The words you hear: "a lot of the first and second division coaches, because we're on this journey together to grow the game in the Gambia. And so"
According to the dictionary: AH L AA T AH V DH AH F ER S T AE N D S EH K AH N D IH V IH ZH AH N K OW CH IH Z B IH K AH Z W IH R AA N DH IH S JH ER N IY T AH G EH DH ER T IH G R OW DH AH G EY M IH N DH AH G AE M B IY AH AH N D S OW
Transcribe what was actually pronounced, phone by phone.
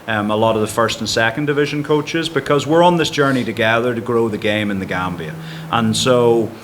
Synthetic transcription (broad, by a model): AH L AA T AH V DH AH F ER S T N S EH K AH N D IH V IH ZH AH N K OW CH IH Z B IH K AH Z W IH R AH N DH IH S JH ER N IY T AH G EH DH ER T IH G R OW DH AH G EY M IH N DH AH G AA M B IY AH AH N S OW